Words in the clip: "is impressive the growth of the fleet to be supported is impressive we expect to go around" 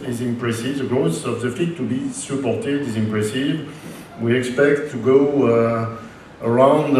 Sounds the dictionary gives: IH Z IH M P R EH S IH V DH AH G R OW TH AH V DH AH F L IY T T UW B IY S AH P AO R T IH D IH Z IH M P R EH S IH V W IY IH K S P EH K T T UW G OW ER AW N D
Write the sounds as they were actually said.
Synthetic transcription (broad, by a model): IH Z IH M P R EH S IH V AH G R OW S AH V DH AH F IY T T UW B IY S AH P AO R T IH D IH Z IH M P R EH S IH V W IY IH K S P EH K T T UW G OW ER AW N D